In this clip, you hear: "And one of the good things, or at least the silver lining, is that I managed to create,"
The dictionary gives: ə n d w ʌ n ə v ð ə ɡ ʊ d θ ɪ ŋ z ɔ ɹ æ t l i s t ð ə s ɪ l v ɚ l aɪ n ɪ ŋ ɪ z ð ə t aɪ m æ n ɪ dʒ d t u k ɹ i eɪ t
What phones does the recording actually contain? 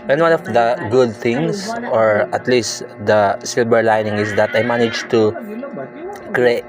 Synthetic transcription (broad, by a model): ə n w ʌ n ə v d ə ɡ ʊ d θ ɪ ŋ s ɔ ɹ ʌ t l i s t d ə s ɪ l b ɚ l aɪ n ɪ ŋ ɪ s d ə t aɪ m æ n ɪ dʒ t u k ɹ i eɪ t